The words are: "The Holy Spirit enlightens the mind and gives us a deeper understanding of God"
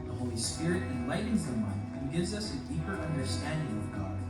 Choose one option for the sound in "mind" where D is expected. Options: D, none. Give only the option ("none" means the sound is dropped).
none